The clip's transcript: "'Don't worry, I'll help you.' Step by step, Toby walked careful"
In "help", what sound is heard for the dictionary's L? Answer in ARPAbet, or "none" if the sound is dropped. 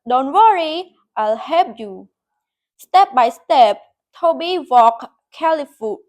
none